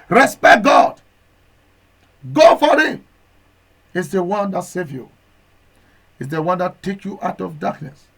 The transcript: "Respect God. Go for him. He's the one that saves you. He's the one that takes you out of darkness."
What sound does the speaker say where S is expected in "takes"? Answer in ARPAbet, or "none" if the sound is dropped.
none